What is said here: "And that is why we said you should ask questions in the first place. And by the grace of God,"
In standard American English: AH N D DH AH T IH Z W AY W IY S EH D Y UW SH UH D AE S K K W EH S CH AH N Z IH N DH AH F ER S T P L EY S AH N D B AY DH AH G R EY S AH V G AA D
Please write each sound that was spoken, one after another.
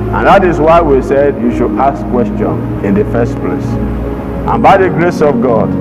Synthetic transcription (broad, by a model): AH N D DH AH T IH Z W AY W IY S EH D Y UW SH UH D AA S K K W EH S CH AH N IH N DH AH F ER S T P L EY S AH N B AY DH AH G R EY S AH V G AA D